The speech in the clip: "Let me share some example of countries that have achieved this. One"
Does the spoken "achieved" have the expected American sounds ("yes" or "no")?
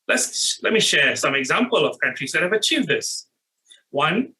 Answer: yes